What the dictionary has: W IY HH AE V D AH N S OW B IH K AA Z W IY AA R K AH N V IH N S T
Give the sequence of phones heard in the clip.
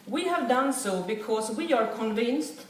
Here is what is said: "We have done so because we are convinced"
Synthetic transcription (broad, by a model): W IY HH AE V D AH N S OW B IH K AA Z W IY AA R K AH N V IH N S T